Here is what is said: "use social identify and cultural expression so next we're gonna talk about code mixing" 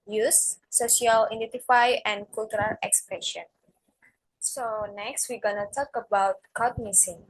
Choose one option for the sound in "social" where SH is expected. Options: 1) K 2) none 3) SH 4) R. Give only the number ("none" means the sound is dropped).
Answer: 2